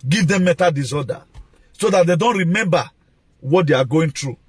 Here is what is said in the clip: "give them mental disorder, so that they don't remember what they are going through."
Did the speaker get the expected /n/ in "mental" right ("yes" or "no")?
no